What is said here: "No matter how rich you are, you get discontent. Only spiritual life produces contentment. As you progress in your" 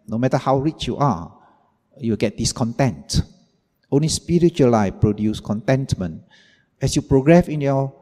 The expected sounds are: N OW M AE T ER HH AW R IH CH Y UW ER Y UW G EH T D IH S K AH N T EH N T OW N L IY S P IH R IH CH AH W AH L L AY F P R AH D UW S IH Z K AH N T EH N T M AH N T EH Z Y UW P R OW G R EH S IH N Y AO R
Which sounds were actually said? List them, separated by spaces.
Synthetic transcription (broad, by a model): N OW M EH T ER HH AW R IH CH Y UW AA Y UW G EH T D IH S K AH N T EH N T OW N L IY S P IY R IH CH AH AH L L AY F P R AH D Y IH S K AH N T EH N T M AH N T EH S Y UW P R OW G R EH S IH N Y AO